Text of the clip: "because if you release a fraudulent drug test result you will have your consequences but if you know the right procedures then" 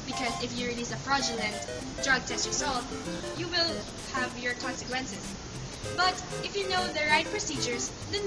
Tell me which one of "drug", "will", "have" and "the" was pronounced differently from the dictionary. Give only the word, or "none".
none